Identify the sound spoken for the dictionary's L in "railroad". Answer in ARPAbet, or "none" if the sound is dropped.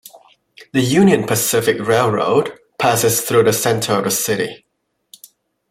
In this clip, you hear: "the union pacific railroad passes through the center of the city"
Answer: L